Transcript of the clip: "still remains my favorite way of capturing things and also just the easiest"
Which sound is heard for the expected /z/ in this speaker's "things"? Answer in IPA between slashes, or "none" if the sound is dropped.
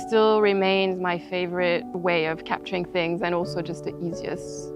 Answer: /z/